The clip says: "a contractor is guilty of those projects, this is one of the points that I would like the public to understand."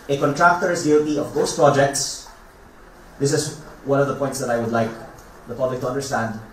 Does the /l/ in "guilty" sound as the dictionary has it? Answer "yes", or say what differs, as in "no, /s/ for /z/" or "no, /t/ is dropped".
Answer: no, /l/ is dropped